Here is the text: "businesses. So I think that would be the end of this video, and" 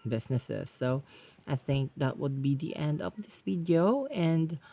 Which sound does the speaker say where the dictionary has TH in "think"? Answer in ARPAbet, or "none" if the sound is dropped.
TH